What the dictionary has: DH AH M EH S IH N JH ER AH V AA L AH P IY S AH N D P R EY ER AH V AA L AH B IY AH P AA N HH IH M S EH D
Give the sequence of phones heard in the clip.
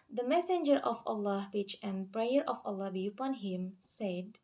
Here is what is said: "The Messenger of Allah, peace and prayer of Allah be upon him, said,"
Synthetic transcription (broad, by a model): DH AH M EH S IH N JH ER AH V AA L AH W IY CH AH N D P R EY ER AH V AA L AH B IY AH P AA N HH IH M S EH D